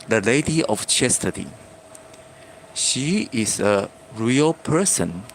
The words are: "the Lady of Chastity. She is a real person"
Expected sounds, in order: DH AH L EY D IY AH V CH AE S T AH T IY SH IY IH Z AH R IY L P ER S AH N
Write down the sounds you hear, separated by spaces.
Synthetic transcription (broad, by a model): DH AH L EY D IY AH F CH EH S T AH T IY SH IY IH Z AH R IY L P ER S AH N